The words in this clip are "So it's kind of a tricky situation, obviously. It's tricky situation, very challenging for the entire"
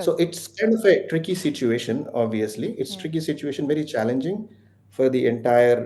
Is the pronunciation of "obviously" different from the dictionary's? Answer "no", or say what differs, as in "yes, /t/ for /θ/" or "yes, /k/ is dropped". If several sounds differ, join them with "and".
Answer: no